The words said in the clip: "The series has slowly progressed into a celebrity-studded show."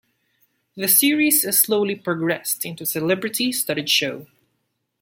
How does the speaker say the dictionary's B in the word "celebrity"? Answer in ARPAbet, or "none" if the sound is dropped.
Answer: B